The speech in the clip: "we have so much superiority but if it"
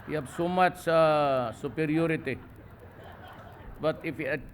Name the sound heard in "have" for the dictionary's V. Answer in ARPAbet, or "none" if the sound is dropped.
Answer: B